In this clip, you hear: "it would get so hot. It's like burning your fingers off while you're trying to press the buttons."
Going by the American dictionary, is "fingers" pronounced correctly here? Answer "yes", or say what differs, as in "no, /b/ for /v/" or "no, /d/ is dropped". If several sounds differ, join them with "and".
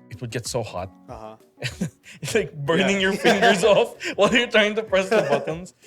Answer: yes